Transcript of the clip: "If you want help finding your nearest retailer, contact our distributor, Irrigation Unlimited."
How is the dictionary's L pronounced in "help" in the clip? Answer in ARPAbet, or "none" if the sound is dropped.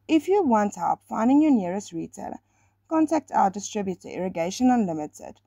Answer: none